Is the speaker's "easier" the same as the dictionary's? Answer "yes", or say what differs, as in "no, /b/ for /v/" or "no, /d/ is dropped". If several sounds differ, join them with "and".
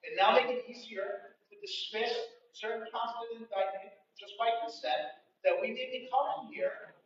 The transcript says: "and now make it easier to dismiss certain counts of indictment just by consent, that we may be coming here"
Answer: yes